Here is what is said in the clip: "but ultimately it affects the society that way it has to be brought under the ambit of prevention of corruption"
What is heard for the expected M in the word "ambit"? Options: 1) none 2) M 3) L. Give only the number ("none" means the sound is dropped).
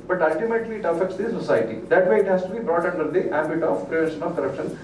1